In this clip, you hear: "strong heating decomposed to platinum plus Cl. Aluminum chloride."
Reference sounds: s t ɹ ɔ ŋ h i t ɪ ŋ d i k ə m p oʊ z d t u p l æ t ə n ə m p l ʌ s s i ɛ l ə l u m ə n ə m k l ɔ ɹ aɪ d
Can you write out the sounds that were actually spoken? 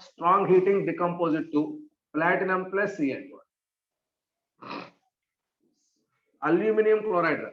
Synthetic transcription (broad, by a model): s t ɹ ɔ ŋ h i t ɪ ŋ d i k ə m p oʊ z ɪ t u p l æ t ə n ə m p l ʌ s s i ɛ n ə l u m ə n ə m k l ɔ ɹ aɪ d